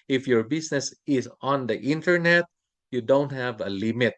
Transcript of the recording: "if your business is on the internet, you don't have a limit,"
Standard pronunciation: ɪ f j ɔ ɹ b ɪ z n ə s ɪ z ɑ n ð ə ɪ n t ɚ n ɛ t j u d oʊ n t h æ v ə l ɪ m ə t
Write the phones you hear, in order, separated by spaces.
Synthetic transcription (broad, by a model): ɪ f j ɔ ɹ b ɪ s n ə s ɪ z ɑ n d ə ɪ n t ɚ n ɛ t j u d oʊ n t h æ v ə l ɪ m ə t